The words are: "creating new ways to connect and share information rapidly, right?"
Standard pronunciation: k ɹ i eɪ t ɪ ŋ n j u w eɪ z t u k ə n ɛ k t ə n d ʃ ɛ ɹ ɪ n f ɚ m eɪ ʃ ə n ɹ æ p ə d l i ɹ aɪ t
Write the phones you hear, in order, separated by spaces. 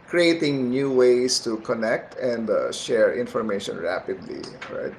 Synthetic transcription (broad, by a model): k ɹ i eɪ t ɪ ŋ n j u w eɪ s t u k ə n ɛ k t ə n d ʃ ɛ ɹ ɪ n f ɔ m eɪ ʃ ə n ɹ æ p ə d l i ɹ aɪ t